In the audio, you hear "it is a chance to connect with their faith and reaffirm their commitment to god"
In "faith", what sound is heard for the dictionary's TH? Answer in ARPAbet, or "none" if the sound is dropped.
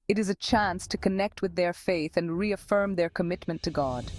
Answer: TH